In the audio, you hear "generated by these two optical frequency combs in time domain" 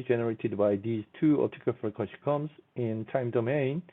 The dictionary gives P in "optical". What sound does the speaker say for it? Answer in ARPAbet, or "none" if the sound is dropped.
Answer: none